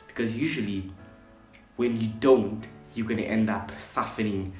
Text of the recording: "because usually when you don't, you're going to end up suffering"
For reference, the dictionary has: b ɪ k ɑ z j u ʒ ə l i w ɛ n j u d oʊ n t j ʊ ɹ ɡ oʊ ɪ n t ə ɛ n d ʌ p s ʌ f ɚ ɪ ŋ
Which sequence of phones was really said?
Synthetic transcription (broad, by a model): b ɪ k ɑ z j u ʒ ə l i w ɛ n j u d oʊ n t j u ɡ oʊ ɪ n t ɛ n d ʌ p s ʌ f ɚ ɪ ŋ